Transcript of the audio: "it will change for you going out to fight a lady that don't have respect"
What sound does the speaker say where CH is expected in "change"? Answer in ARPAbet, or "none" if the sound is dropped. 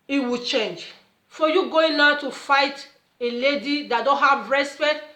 CH